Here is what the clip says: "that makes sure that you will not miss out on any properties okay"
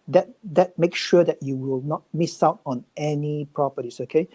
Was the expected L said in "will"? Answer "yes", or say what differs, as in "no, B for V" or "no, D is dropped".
yes